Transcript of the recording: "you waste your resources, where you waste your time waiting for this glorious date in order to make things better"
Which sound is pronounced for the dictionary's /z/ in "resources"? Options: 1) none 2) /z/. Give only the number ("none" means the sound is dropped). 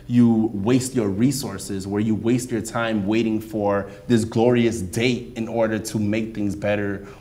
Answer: 2